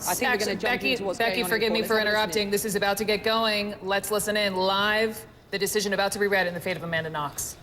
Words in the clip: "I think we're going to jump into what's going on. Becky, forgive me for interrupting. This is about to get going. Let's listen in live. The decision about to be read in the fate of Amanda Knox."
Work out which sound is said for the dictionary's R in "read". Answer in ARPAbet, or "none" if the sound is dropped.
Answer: R